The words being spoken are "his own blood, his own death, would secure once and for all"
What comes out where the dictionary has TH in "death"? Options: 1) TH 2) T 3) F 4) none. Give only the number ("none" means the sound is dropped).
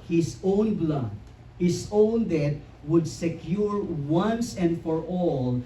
2